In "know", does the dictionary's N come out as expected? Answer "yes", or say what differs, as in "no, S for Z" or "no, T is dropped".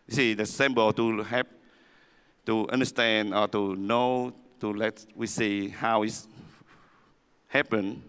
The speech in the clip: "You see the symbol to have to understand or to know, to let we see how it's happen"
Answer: yes